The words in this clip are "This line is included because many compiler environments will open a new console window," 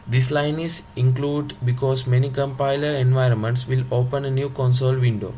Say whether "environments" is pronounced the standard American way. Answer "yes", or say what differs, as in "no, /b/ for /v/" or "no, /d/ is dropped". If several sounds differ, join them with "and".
yes